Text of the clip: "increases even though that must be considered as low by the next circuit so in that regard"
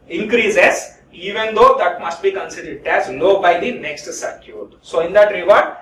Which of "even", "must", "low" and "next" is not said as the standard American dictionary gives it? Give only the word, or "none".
low